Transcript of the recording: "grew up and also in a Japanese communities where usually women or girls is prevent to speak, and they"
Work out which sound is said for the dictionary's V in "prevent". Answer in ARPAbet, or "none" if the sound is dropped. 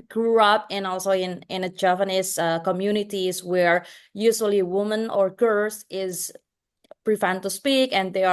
F